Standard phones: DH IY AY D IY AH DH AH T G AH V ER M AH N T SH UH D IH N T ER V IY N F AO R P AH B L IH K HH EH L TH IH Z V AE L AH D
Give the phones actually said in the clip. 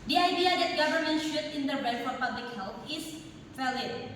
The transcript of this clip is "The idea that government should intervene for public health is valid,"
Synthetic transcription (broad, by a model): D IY AY D IY AH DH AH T G AH V ER M AH N T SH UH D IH N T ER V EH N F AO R P AH B L IH K HH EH L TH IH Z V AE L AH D